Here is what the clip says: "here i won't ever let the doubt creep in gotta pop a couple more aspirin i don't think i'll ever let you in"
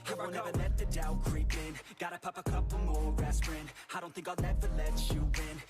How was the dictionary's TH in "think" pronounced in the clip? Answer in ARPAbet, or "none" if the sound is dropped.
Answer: TH